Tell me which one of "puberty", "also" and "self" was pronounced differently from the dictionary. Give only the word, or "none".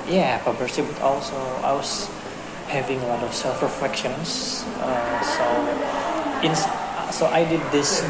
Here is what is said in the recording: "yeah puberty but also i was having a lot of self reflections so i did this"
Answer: puberty